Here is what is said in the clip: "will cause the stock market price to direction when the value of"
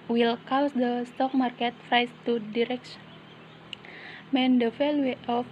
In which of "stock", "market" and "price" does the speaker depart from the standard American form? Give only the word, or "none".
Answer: price